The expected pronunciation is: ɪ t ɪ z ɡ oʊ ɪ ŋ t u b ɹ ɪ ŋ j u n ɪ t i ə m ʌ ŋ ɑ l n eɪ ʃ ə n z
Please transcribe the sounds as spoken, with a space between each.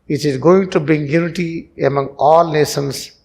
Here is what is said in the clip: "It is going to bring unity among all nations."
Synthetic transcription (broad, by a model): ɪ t ɪ z ɡ oʊ ɪ ŋ t u b ɪ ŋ j u n ɪ t i ə m ʌ ŋ ɑ l n eɪ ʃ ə n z